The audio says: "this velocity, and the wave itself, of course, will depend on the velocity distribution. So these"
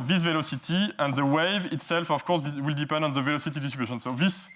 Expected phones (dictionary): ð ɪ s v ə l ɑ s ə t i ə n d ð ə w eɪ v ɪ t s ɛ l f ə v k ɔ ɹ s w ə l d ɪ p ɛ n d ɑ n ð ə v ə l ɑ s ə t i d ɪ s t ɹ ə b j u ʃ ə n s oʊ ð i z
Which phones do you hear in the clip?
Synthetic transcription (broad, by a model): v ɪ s v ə l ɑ s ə t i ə n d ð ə w eɪ v ɪ t s ɛ l f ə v k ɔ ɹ s w ə l d ɪ p ɛ n d ɑ n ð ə v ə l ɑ s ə t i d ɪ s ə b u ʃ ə n s oʊ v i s